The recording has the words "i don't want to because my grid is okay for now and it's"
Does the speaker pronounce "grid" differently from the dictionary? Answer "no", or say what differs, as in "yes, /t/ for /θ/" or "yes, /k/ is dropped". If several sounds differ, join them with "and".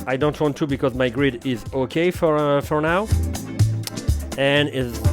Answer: no